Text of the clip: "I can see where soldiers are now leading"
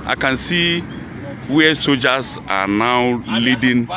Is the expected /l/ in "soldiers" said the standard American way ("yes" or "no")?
no